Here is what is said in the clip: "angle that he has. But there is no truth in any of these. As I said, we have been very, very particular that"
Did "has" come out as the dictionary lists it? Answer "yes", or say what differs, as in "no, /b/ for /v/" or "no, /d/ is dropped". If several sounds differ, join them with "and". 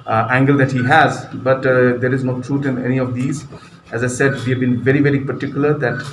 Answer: yes